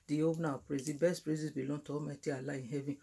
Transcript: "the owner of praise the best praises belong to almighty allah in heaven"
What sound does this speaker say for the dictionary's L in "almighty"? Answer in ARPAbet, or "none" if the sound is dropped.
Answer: none